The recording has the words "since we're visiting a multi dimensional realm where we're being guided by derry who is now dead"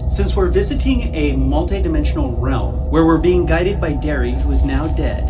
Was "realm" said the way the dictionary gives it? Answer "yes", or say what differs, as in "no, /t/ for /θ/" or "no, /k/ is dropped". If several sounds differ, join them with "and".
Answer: yes